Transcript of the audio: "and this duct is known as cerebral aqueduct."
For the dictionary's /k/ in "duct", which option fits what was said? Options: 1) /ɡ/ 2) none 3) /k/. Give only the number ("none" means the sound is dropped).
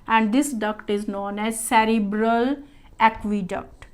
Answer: 3